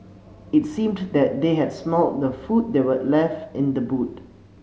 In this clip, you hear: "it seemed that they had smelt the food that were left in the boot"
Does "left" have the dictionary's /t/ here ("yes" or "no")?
yes